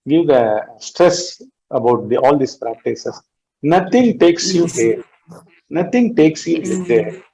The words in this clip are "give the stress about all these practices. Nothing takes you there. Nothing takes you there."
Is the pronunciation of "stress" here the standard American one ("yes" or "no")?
yes